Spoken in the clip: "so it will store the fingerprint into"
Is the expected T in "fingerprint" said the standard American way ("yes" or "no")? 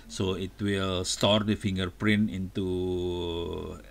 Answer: no